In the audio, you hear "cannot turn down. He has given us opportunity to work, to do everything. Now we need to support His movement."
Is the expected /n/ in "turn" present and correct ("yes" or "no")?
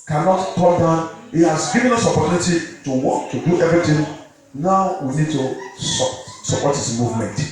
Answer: no